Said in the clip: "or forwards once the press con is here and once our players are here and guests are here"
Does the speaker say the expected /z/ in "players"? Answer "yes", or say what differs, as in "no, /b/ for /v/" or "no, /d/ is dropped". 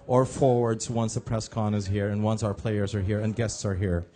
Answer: yes